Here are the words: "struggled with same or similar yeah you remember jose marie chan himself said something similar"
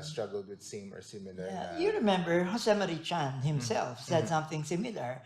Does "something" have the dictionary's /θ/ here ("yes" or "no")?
yes